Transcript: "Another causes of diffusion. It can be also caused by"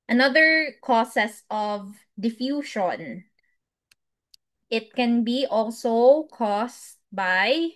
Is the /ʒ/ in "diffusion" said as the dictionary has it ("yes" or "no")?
no